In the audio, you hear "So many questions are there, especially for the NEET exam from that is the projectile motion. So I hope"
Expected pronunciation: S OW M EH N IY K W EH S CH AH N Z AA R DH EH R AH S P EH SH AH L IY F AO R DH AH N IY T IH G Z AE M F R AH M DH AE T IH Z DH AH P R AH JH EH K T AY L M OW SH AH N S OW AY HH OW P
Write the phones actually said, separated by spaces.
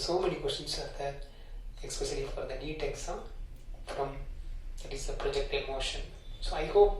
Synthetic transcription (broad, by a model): S OW M EH N IY K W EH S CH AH N S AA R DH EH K S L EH S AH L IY F AO R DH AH N IY T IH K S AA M F R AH M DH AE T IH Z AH P R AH JH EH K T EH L M OW SH AH N S OW AY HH OW P